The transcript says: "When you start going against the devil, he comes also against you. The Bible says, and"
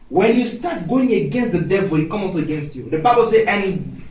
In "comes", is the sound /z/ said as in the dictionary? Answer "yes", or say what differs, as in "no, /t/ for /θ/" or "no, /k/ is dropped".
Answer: no, /z/ is dropped